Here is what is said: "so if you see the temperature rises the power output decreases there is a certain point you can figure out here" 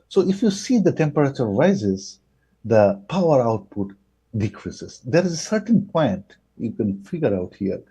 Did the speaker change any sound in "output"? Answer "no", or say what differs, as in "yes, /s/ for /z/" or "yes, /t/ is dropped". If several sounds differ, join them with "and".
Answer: no